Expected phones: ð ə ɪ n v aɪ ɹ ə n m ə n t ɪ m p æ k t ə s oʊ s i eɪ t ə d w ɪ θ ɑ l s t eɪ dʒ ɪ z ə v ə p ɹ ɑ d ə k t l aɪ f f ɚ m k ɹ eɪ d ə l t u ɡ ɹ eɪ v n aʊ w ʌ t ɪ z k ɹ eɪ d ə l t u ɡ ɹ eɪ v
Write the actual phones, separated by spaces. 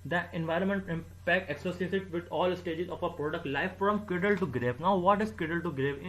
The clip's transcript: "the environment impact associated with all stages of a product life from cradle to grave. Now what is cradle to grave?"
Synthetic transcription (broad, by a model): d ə ɪ n v aɪ ɹ ə n m ə n t ɪ m p æ k t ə s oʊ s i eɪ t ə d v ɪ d ɑ l s t eɪ dʒ ɪ z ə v ə p ɹ ɑ d ə k t l aɪ f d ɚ m k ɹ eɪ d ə l t u ɡ ɹ eɪ v n aʊ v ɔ t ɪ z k eɪ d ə l t u ɡ ɹ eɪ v